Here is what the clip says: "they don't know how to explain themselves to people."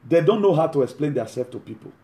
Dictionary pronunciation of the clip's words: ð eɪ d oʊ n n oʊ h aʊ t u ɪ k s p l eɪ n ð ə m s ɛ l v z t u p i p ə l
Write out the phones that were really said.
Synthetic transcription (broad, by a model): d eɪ d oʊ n n oʊ h aʊ t u ɪ k s p l eɪ n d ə s ɛ l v t u p i p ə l